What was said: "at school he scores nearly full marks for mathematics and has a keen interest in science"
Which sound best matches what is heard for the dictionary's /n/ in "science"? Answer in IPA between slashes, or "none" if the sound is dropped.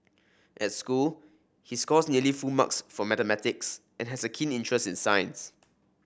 /n/